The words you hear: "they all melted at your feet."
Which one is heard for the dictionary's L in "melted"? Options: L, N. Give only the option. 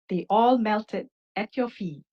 L